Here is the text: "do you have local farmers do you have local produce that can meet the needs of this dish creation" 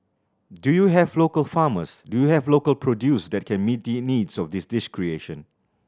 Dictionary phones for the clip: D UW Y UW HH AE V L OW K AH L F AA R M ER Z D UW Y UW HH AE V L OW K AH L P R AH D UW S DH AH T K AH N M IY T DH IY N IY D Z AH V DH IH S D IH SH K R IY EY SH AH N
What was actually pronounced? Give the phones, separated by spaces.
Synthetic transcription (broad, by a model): D UW Y UW HH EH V L OW K AH L F AA M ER S D UW Y UW HH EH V L OW K AH L P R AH D UW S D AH T K AH N M IY T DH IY N IY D S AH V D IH S D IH S K R IY EY SH AH N